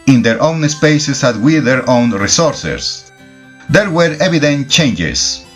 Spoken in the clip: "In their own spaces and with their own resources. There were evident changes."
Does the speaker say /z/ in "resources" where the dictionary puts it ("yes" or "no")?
no